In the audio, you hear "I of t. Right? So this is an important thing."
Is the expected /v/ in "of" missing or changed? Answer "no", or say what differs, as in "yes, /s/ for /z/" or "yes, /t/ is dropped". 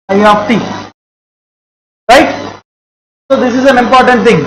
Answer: yes, /p/ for /v/